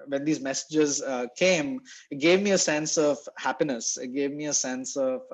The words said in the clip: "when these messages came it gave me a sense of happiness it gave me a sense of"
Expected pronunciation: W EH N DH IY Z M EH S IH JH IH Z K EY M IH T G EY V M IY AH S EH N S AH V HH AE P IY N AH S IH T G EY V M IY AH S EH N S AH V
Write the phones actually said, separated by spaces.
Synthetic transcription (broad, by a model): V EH N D IY Z M EH S IH JH IH Z K EY M IH T G EY V M IY AH S EH N S AH V HH AE P IY N AH S IH T G EY V M IY AH S EH N S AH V